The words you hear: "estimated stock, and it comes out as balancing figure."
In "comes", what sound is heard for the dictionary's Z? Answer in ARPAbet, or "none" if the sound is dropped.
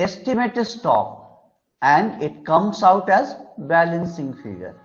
S